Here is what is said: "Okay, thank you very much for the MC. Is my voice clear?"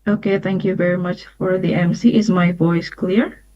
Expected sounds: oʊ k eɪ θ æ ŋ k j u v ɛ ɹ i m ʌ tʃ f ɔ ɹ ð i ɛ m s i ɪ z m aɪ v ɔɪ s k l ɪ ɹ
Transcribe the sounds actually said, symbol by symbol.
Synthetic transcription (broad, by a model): oʊ k eɪ θ æ ŋ k j u v ɛ ɹ i m ʌ tʃ f ɔ ɹ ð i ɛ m s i ɪ z m aɪ v ɔɪ s k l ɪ ɹ